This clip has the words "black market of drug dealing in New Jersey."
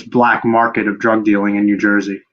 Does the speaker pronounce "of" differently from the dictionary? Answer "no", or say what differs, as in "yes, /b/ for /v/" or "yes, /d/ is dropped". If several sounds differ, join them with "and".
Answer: no